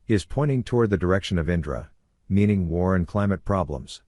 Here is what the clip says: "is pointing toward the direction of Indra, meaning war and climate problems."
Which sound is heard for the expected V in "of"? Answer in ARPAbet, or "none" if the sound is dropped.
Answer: V